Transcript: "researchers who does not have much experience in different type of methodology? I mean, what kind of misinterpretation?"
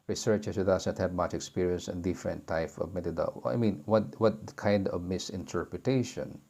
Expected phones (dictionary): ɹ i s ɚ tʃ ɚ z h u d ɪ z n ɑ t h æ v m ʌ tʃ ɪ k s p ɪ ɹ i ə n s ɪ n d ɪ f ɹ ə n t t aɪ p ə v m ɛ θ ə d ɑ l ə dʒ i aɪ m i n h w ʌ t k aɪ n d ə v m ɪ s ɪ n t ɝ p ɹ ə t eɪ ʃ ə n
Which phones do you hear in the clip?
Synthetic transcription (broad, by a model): ɹ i s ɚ tʃ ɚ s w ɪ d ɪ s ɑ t h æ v m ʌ tʃ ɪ k s p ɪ ɹ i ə n s ɪ n d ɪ f ɹ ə n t t aɪ p ə v m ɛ t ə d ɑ ə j m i n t w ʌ t k aɪ n d ə v m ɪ s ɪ n t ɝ p ɹ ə t eɪ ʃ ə n